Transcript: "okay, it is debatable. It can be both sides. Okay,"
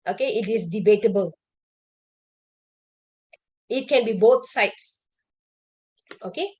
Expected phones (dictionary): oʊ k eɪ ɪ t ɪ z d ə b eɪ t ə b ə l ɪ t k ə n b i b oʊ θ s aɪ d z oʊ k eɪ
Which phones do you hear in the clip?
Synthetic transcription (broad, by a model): oʊ k eɪ ɪ t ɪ s d ə b eɪ t ə b ə l ɪ t k ə n b i b oʊ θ s aɪ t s oʊ k eɪ